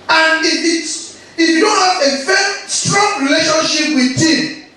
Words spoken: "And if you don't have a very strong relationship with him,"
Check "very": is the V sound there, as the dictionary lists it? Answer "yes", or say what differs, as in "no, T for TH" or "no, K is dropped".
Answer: no, F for V